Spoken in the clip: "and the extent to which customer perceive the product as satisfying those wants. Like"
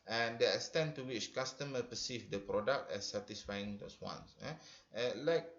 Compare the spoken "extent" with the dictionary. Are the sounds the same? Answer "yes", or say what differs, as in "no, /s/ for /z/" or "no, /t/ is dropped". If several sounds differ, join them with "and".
no, /k/ is dropped